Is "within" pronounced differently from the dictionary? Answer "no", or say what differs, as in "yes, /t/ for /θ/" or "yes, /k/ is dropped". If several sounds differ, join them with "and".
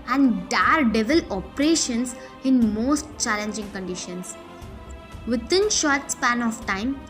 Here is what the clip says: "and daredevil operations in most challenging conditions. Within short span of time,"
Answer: yes, /t/ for /θ/